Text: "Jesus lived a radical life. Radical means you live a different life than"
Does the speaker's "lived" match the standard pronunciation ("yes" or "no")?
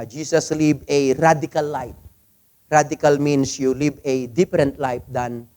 no